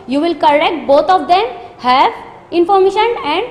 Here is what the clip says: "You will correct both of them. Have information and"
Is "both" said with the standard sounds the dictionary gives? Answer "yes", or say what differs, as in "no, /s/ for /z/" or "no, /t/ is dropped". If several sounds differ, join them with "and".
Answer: no, /t/ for /θ/